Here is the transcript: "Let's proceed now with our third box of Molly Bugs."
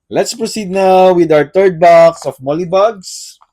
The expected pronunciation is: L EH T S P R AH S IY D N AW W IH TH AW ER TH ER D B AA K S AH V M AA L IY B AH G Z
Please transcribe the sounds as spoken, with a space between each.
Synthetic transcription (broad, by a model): L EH T S P R AH S IY D N AW W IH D AW ER T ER D B AA K S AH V M AA L IY B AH G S